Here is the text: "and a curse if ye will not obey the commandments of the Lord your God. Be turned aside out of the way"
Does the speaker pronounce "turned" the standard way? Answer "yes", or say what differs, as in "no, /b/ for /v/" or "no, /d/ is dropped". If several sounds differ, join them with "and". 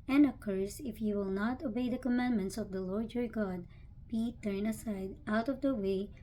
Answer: no, /d/ is dropped